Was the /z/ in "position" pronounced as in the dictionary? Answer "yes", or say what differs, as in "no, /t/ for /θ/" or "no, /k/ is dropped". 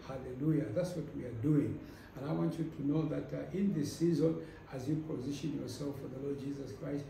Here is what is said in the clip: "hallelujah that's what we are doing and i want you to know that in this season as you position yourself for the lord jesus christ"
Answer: yes